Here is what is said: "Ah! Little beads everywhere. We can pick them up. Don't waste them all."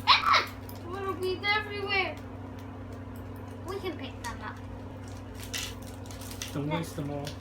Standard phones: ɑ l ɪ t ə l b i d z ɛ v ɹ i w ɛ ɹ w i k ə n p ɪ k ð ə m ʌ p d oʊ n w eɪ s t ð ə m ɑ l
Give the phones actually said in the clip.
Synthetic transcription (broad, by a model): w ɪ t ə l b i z ɛ v ɹ i w ɛ ɹ w i k ə n p ɪ k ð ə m ʌ p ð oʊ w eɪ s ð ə m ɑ